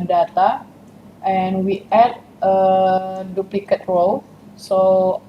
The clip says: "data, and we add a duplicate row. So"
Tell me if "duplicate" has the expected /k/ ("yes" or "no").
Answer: yes